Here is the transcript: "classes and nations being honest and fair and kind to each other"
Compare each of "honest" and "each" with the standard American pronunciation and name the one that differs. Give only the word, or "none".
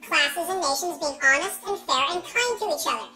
none